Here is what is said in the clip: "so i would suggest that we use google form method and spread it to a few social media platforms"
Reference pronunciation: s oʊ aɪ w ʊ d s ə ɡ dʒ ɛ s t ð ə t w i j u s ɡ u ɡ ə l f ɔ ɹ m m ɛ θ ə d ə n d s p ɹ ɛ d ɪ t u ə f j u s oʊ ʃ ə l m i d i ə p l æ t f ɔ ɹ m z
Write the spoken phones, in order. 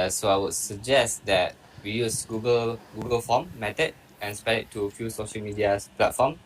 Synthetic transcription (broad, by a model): s oʊ aɪ w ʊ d s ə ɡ dʒ ɛ s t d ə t w i j u s ɡ u ɡ ə l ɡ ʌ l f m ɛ t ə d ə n s p ɛ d ɪ t u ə f j u s oʊ ʃ ə l m i d i ə p l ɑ t f ɔ m